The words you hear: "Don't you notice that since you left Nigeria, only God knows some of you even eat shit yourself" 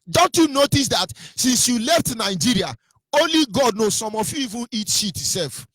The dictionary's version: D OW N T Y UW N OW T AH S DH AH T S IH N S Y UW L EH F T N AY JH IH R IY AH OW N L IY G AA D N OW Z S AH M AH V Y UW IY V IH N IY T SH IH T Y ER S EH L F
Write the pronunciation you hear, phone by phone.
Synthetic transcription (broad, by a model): D OW N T Y UW N OW T AH S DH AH T S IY N S Y UW L EH F T N AY JH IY R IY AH OW N L IY G AA D N OW S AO M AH F Y UW IY V IH N IY T SH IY T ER S EH L F